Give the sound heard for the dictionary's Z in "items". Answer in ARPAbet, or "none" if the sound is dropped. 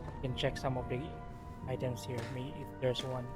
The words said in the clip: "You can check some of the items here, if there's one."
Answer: S